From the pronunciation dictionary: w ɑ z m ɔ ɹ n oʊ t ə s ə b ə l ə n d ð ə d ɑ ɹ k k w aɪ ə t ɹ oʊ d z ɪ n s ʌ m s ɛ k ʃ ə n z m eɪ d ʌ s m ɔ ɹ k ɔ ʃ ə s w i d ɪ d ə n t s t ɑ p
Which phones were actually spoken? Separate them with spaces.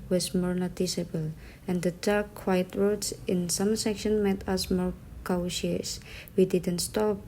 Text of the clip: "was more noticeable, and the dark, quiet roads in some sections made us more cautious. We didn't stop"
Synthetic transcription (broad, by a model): w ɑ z m ɔ ɹ n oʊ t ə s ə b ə l ə n d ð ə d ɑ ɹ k k w aɪ ə t ɹ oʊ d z ɪ n s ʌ m s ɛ k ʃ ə n m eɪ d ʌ s m ɔ ɹ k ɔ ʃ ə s w i d ɪ d ə n t s t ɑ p